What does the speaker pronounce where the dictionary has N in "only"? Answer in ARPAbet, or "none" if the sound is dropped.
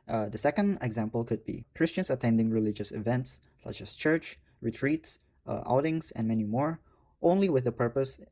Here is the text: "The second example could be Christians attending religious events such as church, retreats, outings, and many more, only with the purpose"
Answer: N